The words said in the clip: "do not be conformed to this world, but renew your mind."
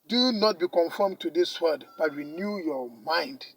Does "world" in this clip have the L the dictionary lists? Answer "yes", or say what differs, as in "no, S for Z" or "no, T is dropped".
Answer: no, L is dropped